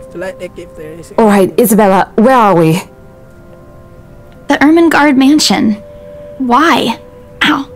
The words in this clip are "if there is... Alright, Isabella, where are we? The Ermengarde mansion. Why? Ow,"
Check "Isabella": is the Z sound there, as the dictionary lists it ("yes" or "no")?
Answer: yes